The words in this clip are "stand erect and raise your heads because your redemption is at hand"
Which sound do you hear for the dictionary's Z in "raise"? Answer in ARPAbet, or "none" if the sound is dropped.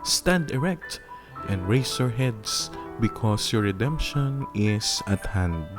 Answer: S